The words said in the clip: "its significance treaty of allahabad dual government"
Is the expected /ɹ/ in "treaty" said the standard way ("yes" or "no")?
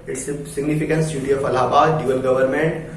no